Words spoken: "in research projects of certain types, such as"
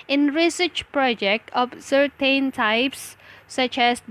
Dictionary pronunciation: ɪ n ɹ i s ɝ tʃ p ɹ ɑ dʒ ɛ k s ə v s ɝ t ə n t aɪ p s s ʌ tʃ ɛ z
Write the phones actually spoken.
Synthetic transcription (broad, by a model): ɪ n ɹ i s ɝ tʃ p ɹ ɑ dʒ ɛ k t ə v s ɝ t ə n t aɪ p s s ʌ tʃ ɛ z